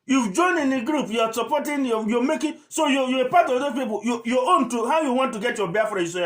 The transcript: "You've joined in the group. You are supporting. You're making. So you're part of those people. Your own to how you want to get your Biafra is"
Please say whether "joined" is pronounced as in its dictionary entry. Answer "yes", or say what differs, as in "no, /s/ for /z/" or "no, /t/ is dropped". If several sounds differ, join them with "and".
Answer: no, /d/ is dropped